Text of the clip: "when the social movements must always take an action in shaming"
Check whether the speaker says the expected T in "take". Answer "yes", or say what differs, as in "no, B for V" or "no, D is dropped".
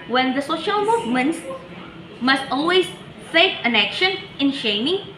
no, S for T